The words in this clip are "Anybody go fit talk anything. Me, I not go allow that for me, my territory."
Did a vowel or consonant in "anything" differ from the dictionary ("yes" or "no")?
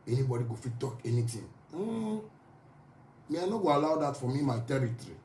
yes